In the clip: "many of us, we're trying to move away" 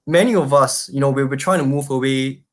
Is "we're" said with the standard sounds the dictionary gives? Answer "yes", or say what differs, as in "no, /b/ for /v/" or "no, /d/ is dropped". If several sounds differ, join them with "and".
no, /w/ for /ɹ/